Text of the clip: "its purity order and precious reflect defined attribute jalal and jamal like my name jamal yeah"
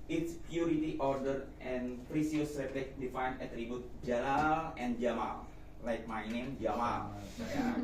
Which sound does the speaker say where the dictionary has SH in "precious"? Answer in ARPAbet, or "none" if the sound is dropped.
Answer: S